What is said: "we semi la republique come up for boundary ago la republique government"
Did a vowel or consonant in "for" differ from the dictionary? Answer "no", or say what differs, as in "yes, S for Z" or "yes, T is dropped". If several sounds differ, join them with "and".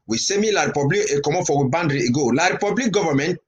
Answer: yes, W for R